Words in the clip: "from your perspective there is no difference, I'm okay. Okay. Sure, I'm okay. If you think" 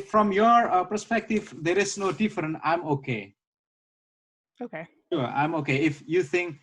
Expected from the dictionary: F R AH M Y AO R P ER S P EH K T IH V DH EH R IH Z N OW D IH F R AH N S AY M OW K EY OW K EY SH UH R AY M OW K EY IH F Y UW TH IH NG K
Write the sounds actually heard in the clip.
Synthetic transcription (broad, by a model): F R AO M Y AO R P ER S P EH K T IH V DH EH R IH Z N OW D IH F R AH N AY M OW K EY OW K EY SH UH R AY M OW K EY IH F Y UW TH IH NG K